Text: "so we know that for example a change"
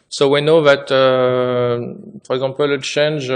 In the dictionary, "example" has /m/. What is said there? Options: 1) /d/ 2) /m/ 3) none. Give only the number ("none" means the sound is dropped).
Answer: 3